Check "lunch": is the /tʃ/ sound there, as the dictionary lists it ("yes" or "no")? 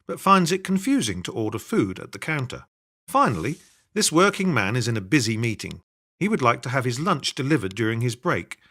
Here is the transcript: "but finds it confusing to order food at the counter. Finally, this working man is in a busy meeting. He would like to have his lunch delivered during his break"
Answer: yes